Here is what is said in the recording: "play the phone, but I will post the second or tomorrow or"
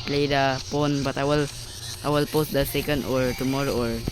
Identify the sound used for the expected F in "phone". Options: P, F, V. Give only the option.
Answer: P